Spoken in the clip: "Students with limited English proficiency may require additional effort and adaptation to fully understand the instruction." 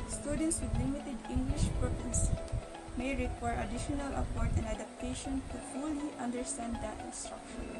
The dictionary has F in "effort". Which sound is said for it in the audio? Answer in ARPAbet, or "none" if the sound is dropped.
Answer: P